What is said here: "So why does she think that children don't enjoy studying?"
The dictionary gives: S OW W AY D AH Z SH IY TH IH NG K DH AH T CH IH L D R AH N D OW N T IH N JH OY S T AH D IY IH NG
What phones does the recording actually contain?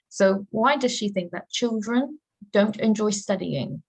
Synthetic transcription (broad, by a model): S OW W AY D AH Z SH IY TH IH NG K DH AH T CH IH L D R AH N D OW N T IH N JH OY S T AH D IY IH NG